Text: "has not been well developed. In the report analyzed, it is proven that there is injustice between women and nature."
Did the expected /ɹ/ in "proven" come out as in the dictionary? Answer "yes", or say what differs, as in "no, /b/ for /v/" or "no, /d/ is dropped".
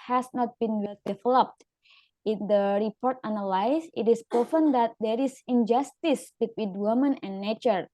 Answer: no, /ɹ/ is dropped